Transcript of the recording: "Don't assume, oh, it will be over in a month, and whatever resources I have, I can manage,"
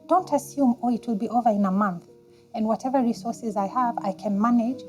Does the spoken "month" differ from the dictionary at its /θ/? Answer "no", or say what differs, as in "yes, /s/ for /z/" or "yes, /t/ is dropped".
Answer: no